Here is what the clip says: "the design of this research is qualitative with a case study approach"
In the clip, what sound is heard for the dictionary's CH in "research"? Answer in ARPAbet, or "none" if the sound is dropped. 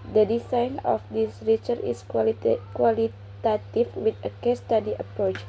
none